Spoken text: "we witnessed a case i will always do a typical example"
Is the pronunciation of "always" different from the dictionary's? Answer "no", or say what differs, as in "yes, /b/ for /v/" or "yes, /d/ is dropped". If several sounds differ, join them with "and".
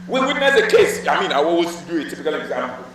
yes, /w/ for /l/ and /s/ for /z/